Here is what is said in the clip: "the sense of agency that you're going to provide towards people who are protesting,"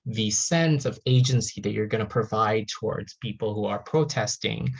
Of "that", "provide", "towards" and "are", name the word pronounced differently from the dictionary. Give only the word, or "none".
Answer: none